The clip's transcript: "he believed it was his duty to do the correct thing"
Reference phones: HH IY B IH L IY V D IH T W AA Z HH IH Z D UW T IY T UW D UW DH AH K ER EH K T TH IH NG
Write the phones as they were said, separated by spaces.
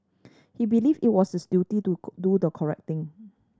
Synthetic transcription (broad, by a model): HH IY B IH L IY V IH T W AA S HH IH S D UW T IY T UW D UW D AH K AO EH K T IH NG